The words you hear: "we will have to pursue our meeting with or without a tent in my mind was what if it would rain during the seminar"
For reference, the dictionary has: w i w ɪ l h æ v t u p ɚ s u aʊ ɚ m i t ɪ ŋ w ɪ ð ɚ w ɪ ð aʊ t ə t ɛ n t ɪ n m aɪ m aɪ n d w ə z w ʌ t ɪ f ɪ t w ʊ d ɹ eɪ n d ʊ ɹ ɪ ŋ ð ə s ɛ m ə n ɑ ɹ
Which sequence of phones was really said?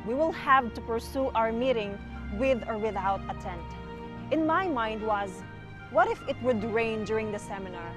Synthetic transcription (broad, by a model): w i w ɪ l h æ v t u p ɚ s u aʊ ɚ m i t ɪ ŋ w ɪ ð ɚ w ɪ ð aʊ t ə t ɛ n t ɪ n m aɪ m aɪ n d w ə z w ʌ t ɪ f ɪ t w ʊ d ɹ eɪ n d ʊ ɹ ɪ ŋ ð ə s ɛ m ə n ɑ ɹ